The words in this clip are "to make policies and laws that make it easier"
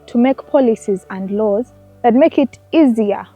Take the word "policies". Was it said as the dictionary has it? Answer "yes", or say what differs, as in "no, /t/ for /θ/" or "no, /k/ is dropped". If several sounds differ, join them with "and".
yes